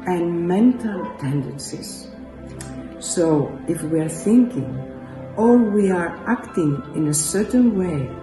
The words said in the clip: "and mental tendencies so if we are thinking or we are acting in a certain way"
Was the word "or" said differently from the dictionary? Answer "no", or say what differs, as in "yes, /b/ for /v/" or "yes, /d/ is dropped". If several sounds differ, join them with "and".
yes, /l/ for /ɹ/